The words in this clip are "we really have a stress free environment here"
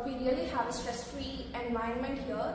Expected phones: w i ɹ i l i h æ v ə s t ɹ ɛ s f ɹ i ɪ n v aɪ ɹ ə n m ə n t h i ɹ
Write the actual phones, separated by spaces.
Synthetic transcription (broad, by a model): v i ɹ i l i h æ v ə s t ɹ ɛ s f ɹ i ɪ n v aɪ ə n m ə n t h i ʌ